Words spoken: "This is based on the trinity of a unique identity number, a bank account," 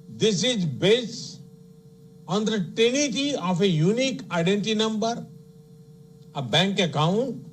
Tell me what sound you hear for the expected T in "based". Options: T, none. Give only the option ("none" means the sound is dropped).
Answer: none